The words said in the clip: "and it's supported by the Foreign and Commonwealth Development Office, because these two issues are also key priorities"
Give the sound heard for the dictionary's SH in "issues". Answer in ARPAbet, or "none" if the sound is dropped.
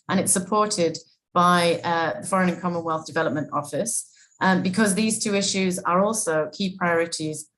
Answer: SH